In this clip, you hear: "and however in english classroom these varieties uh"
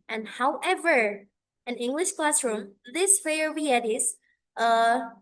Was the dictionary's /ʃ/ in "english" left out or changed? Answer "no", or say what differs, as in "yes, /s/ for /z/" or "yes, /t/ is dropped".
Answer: no